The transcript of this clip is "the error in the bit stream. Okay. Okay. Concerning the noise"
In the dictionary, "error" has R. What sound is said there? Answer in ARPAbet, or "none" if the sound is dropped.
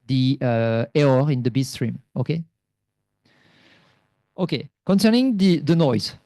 none